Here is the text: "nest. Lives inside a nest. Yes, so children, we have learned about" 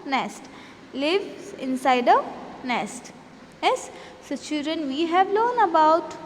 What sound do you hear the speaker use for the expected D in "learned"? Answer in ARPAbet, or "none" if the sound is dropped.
none